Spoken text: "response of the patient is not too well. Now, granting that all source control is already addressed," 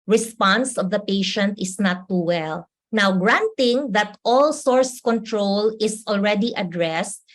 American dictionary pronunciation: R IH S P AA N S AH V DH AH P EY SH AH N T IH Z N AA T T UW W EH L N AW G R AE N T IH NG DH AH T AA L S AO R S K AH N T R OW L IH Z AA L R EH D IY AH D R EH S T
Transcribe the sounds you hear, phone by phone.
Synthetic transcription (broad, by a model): R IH S P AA N S AH V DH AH P EY SH AH N T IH S N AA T T UW W EH L N AW G R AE N T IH NG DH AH T AA L S AO R S K AH N T R OW L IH S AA L R EH D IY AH D R EH S T